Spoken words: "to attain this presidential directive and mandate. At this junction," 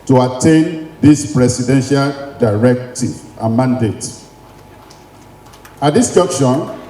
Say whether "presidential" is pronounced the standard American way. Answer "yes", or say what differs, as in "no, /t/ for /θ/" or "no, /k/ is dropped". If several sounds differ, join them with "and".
no, /s/ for /z/